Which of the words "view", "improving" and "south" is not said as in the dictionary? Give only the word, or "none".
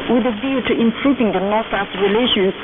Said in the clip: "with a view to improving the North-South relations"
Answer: south